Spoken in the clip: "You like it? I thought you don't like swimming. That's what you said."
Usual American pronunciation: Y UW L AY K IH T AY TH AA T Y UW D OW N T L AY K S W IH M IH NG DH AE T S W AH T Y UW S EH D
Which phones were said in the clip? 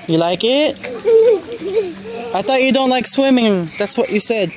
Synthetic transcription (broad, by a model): Y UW L AY K IH T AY T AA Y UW D OW N T L AY K S W IH M IH NG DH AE T S W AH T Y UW S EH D